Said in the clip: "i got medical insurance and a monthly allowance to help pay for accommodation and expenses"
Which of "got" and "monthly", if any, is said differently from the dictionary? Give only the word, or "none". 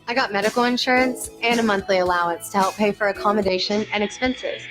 none